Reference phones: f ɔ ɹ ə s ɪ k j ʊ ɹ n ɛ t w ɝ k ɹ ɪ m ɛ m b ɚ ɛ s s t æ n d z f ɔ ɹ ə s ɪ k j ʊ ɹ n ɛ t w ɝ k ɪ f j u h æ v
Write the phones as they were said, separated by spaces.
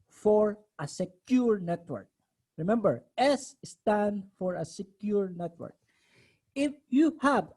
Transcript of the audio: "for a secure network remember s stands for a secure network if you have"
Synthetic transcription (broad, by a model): f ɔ ɹ ə s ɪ k j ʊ ɹ n ɛ t w ɝ k ɹ ɪ m ɛ m b ɚ ɛ s s t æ n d f ɔ ɹ ə s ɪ k j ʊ ɹ n ɛ t w ɝ k ɪ f j u h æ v